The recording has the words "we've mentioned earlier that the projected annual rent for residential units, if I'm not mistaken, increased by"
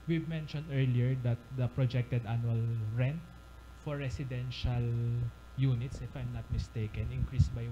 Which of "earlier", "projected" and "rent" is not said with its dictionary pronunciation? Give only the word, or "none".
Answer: none